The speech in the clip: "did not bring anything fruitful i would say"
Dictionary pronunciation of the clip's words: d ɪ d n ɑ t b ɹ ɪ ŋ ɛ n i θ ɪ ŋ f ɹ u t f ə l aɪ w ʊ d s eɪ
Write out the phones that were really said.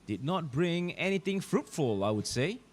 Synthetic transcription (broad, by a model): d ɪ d n ɑ t b ɹ ɪ ŋ ɛ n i t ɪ ŋ f ɹ u t f ə l aɪ w ʊ d s eɪ